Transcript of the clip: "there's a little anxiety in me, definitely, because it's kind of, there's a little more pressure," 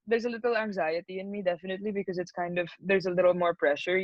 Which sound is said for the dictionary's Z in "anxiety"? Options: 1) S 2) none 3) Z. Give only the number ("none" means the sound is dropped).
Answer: 3